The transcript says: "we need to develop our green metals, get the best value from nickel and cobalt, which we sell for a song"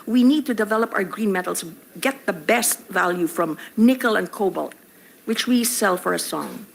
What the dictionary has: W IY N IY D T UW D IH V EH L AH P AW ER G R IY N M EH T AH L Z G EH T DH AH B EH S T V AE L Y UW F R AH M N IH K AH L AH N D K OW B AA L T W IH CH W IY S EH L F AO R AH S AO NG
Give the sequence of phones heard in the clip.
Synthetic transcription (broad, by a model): W IY N IY D T UW D IH V EH L AH P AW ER G R IY N M EH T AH L S G EH T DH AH B EH S T V AE L Y UW F R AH M N IH K AH L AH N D K OW B AA L T W IH CH W IY S EH L F AO R AH S AO NG